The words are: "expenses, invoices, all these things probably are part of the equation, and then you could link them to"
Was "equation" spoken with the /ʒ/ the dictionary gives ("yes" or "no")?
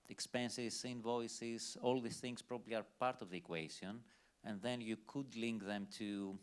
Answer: no